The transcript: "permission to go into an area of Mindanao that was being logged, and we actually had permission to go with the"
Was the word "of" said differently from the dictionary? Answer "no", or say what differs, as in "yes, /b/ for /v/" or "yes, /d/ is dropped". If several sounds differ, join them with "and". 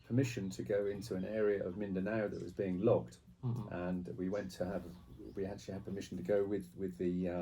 no